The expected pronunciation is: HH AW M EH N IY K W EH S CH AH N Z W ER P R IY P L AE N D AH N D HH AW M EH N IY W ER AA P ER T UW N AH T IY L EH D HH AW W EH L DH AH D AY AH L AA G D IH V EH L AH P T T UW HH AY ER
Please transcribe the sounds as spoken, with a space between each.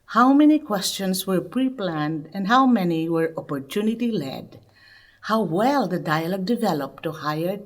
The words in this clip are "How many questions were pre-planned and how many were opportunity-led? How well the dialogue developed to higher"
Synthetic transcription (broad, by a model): HH AW M EH N IY K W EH S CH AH N S W ER P R IY P L AE N D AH N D HH AW M EH N IY W ER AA P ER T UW N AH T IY L EH D HH AW W EH L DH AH D AY AH L AA G D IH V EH L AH P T T UW HH AY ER